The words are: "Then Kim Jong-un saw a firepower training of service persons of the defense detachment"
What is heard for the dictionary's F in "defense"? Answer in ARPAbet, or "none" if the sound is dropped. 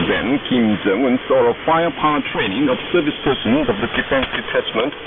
F